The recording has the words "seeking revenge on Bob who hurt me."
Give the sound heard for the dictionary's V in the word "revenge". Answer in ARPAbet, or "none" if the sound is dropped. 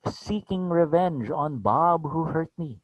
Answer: V